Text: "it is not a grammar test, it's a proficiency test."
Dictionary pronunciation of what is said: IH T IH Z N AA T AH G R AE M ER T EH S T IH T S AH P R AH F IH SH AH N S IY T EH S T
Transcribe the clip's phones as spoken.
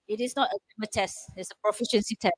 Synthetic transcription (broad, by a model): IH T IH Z N AA T AH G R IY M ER T EH S T IH T S AH P R AH F IH SH AH N S IY T EH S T